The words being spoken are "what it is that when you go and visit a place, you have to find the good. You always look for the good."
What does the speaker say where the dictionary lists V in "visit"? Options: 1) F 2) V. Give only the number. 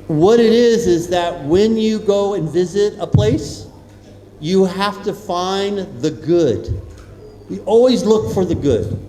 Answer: 2